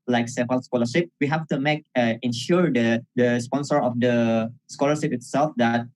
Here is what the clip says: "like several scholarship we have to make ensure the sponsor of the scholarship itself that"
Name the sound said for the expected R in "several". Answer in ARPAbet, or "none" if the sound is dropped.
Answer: none